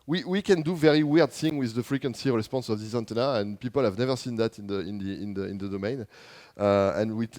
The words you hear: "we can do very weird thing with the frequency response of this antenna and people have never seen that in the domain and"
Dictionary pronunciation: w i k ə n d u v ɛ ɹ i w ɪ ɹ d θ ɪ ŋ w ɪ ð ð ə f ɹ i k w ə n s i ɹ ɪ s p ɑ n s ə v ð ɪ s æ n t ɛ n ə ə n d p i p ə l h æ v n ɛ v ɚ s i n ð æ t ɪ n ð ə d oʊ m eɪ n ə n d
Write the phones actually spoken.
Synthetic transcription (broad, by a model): w i k ə n d u v ɛ ɹ i w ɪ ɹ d θ ɪ ŋ w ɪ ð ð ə f ɹ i k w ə n s i ɹ ɪ s p ɑ n s ə v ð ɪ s æ n t ɛ n ə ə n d p i p ə l h æ v n ɛ v ɚ s i n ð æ t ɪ n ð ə d oʊ m eɪ n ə n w